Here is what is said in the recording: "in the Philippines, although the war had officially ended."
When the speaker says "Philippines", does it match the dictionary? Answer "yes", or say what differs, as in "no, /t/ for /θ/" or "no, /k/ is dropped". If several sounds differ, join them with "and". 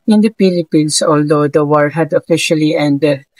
no, /p/ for /f/ and /s/ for /z/